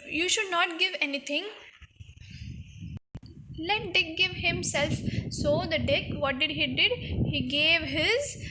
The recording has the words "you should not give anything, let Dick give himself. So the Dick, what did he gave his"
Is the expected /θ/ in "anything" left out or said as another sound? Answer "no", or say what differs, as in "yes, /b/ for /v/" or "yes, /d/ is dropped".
yes, /t/ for /θ/